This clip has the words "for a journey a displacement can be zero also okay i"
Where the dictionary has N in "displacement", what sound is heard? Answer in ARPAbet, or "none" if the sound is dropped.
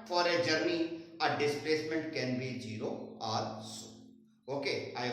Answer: N